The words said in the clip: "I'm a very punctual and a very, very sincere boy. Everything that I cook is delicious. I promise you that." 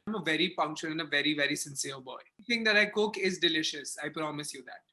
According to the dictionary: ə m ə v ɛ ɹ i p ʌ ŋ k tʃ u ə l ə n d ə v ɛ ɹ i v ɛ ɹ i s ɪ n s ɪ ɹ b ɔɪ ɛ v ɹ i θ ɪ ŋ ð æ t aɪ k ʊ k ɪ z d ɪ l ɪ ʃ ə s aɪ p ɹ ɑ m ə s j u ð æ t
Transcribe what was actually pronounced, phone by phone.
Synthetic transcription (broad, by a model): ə m ə v ɛ ɹ i f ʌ ŋ k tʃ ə n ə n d ə v ɛ ɹ i v ɛ ɹ i s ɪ n s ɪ ɹ b ɔɪ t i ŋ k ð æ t aɪ k ʊ k ɪ z d ɪ l ɪ ʃ ə s aɪ p ɹ ɑ m ə s j u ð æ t